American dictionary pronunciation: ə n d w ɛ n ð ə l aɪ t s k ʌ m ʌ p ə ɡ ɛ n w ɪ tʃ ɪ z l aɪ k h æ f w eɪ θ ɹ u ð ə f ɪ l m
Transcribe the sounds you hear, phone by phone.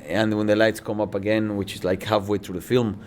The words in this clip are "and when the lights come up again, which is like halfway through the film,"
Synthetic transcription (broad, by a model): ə n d w ɛ n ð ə l aɪ t s k ʌ m ʌ p ə ɡ ɛ n w ɪ tʃ ɪ z l aɪ k h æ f w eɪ θ ɹ u ð ə f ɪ l m